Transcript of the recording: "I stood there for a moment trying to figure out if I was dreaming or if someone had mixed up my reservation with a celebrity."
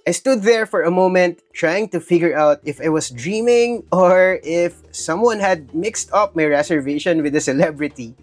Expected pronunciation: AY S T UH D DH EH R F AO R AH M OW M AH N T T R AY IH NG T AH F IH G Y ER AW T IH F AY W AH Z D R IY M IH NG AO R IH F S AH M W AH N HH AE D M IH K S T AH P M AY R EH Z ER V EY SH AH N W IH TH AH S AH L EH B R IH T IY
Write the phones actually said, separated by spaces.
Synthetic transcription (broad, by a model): AY S T UH D DH EH R F AO R AH M OW M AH N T T R AY IH NG T AH F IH G Y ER AW T IH F AY W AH S D R IY M IH NG AO R IH F S AH M W AH N HH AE D M IH K S T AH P M AY R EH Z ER V EY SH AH N W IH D AH S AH L EH B R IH T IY